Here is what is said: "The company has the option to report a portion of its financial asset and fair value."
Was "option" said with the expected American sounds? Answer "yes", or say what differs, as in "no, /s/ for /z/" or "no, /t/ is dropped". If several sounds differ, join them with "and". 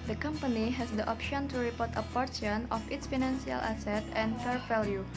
yes